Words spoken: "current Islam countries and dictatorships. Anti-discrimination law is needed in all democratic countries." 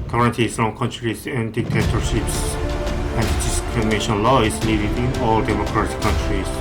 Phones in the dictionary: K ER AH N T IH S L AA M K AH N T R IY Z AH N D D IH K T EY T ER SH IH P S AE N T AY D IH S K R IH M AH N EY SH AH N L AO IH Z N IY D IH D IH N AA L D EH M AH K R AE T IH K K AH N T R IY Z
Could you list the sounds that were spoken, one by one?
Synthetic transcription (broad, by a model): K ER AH N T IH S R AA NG K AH N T R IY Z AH N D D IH K T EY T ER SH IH P S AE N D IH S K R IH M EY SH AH N L AO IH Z L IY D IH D IH N AA L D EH M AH K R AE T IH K K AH N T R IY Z